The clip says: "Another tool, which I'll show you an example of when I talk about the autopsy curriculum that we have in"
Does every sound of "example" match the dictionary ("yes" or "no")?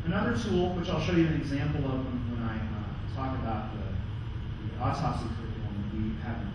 no